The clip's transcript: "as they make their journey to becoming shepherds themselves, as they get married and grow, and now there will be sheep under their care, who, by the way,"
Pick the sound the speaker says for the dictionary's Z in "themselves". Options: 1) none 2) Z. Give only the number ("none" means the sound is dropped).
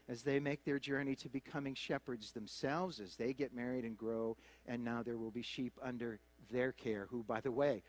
2